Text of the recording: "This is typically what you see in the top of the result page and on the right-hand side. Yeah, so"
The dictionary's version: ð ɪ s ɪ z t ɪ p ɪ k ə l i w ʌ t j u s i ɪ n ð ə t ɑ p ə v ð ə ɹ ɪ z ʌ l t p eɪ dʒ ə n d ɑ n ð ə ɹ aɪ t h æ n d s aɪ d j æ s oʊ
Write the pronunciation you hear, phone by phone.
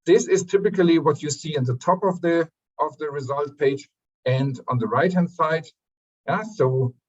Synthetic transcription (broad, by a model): ð ɪ s ɪ z t ɪ p ɪ k ə l i w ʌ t j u s i ɪ n ð ə t ɑ p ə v ð ə ɹ ɪ z ʌ l t p eɪ dʒ ə n d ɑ n ð ə ɹ aɪ t h æ n d s aɪ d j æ s oʊ